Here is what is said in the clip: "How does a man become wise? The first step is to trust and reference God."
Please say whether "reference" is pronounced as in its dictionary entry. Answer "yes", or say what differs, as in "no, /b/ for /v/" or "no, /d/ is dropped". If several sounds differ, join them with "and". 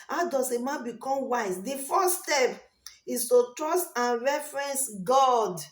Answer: yes